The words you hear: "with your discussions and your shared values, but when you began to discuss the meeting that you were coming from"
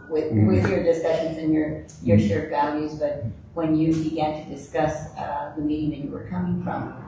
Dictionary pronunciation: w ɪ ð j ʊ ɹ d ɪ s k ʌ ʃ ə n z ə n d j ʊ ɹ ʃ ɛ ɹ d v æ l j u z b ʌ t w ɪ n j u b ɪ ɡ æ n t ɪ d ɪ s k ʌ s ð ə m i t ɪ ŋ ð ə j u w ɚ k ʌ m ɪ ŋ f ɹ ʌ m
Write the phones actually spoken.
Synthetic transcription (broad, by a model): w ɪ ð j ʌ ɹ d ɪ s k ʌ ʃ ə n z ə n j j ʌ ɹ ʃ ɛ ɹ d v æ l j u z b ʌ t w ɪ n j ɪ b ɪ ɡ æ n t ɪ d ɪ s k ʌ s ð ə m i t ɪ ŋ ð ə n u w ɚ k ʌ m ɪ ŋ f ɹ ʌ m